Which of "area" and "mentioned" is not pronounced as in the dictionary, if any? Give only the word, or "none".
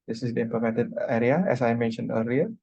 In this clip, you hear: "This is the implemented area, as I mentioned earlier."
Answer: mentioned